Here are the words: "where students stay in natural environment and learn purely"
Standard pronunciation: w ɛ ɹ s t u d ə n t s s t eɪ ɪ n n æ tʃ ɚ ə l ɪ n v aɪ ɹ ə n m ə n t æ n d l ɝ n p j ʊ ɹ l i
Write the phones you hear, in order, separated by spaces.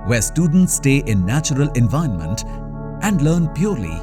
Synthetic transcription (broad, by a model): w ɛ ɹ s t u d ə n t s s t eɪ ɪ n n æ tʃ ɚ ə l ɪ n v aɪ ə n m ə n t æ n d l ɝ n p j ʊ ɹ l i